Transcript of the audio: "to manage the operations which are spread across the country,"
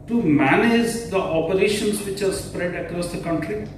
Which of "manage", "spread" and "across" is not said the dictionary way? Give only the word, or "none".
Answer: none